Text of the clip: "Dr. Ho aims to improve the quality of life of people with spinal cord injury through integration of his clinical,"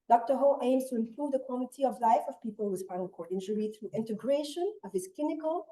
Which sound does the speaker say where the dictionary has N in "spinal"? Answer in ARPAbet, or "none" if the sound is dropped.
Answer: none